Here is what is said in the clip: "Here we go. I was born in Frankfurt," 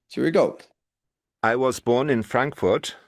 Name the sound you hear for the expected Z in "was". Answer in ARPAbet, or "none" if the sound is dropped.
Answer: Z